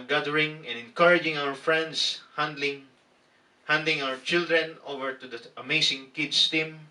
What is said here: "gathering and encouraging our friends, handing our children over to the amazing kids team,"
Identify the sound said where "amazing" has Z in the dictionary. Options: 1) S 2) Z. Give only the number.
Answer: 1